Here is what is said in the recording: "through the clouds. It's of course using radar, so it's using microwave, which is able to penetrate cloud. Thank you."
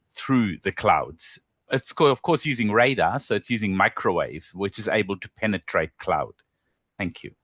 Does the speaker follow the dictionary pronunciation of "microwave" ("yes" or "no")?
yes